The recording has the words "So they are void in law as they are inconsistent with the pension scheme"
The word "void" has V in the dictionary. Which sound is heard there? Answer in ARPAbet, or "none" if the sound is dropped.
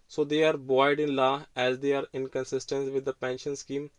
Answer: B